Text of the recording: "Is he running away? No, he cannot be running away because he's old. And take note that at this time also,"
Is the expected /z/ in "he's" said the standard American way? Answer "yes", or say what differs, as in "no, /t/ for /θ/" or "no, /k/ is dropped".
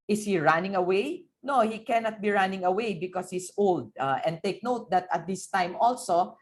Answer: no, /s/ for /z/